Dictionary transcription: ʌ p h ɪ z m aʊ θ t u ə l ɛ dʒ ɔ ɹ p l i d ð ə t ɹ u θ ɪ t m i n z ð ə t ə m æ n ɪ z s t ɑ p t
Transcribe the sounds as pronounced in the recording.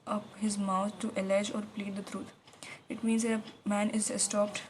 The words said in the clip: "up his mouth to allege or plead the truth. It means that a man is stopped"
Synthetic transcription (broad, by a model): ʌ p h ɪ z m aʊ t t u ə l ɛ dʒ ɔ ɹ p l i d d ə t ɹ u t ɪ t m i n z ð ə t ə m æ n ɪ z s t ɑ p t